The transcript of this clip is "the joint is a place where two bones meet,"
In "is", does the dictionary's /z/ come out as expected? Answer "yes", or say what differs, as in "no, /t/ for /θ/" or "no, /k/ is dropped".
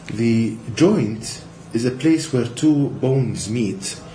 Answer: yes